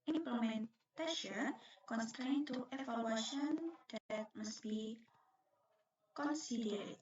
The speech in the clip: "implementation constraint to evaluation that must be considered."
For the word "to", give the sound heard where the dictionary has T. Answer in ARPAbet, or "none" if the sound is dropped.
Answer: T